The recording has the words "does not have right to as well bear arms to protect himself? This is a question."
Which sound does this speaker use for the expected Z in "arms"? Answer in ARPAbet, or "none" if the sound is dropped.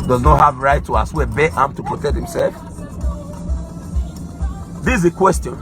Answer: none